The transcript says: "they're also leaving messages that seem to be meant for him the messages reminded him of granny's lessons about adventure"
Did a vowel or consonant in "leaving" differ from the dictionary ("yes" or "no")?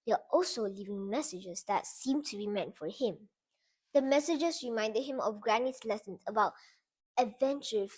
no